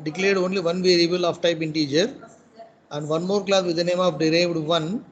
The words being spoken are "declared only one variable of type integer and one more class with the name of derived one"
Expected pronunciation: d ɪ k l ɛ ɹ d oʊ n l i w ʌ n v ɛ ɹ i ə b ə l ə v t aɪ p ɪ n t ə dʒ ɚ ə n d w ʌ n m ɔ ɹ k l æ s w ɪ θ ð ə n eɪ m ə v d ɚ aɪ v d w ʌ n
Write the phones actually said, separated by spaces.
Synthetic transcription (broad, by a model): d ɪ k l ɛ ɹ d oʊ n l i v ʌ n v ɛ ɹ i ə b ə l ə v t aɪ p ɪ n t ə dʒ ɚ ə n d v ʌ n m ɔ ɹ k l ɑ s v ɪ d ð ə n eɪ m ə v d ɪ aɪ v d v ʌ n